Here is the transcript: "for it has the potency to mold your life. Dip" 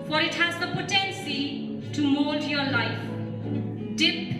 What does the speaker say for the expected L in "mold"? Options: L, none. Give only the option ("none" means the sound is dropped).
none